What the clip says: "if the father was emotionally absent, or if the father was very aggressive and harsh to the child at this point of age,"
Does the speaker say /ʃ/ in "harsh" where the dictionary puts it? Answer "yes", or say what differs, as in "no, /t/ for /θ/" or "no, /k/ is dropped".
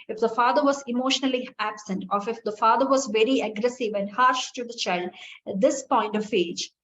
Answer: yes